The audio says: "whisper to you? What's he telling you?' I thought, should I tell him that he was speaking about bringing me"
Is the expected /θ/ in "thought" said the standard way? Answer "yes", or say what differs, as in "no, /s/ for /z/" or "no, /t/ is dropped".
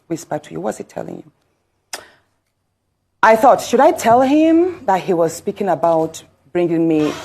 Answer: yes